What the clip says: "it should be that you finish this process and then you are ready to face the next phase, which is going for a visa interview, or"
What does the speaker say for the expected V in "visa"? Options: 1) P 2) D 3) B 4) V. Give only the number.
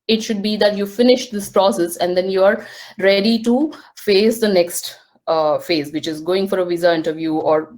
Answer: 4